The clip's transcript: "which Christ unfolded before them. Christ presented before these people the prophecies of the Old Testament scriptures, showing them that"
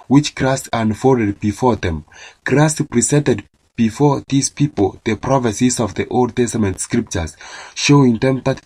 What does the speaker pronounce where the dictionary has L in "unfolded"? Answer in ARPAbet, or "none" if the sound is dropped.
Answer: none